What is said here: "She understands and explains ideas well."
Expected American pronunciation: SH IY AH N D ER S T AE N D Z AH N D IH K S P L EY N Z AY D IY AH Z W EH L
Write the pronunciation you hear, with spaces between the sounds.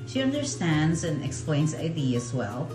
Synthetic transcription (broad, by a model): SH IY AH N D ER S T AE N D Z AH N IH K S P L EY N Z AY D IY AH Z W EH L